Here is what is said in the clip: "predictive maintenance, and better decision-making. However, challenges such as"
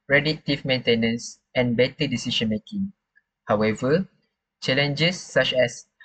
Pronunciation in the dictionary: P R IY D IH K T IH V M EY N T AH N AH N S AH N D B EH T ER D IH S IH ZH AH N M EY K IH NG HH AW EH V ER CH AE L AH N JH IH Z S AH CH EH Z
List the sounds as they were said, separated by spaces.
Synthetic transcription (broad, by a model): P R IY D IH T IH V M EY N T AH N AH N S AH N B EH T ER D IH S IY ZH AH N M EY K IH NG HH AW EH V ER CH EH L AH N JH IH S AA CH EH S